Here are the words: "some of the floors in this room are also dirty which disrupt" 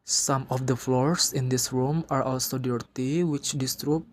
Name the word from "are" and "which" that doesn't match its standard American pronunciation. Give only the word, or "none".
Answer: none